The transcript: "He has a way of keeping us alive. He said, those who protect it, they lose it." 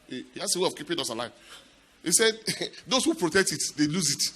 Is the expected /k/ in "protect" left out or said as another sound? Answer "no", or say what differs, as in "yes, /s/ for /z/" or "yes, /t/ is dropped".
no